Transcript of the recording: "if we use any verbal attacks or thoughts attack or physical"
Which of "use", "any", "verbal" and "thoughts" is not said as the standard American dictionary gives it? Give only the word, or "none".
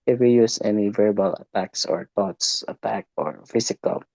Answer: thoughts